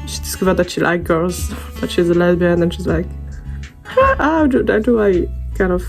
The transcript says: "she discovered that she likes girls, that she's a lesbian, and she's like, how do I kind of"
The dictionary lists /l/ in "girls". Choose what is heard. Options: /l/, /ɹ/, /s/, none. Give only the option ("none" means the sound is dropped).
none